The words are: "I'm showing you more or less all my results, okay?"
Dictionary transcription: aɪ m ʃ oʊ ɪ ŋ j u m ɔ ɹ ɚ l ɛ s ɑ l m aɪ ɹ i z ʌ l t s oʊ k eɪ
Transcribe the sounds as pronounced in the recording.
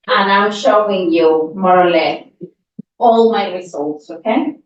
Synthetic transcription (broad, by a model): aɪ m ʃ oʊ ɪ ŋ j u m ɔ ɹ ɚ l ɛ s ɑ l m aɪ ɹ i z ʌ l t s oʊ k eɪ